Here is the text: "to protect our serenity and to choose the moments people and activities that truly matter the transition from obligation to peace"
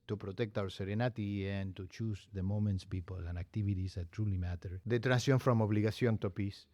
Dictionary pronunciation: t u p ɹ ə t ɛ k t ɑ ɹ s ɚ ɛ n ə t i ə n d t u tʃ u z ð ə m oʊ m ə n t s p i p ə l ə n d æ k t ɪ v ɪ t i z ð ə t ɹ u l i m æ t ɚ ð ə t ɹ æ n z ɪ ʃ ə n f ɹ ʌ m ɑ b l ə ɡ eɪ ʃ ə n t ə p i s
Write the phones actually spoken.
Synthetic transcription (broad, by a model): t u p ɹ ə t ɛ k t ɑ w s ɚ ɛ n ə t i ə n t u tʃ u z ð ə m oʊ m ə n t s p i p ə l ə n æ k t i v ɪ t i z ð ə t ɹ u l i m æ t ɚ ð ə t ɹ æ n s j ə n f ɹ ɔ m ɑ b l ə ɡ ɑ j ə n t ə p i s